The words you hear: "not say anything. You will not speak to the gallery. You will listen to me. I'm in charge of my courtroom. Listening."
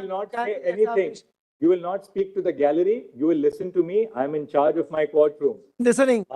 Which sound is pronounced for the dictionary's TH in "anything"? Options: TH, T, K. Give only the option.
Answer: T